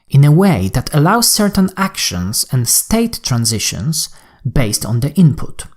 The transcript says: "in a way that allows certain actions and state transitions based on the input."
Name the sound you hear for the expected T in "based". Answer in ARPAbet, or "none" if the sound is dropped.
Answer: T